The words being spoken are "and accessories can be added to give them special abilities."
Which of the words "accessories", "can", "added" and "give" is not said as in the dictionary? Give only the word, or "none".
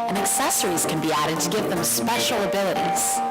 none